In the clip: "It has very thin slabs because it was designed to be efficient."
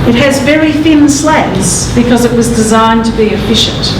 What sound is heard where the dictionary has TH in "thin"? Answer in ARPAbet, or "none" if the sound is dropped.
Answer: F